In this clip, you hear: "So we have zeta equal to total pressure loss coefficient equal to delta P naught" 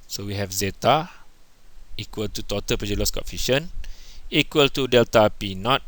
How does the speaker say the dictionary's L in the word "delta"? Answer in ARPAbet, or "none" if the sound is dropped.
L